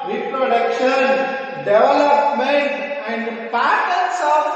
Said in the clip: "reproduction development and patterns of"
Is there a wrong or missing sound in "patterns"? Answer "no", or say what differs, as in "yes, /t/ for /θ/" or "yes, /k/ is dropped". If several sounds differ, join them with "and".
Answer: yes, /s/ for /z/